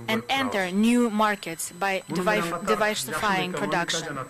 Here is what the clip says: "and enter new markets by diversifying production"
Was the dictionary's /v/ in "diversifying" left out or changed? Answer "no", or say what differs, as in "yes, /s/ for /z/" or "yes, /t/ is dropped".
no